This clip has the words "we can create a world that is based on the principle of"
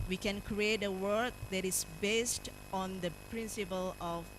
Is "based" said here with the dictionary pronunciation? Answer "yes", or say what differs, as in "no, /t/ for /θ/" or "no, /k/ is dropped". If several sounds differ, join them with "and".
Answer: yes